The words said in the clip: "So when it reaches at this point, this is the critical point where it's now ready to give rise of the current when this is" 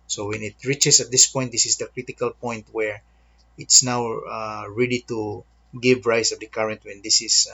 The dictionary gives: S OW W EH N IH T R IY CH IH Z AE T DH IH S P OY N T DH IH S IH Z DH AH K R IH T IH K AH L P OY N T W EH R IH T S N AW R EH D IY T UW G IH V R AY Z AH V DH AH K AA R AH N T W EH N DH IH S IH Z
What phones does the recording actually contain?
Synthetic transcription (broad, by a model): S OW W EH N IH T R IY CH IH S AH T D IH S P OY N T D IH S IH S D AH K R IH T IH K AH L P OY N T W EH R IH T S N AW R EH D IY T UW G IH V R AY S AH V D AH K AA R AH N T W EH N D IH S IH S